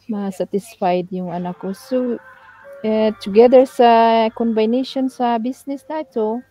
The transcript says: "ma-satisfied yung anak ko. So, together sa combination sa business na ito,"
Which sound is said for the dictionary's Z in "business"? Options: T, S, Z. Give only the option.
S